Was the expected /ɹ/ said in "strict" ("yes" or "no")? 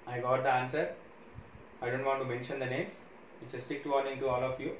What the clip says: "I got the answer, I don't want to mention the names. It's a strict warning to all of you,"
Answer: no